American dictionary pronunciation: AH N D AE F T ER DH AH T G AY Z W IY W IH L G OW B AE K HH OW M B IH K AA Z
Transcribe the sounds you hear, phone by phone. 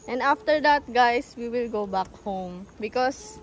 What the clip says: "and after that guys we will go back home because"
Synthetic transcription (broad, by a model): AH N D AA F T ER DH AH T G AY S W IY W IH L G OW B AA K HH OW M B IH K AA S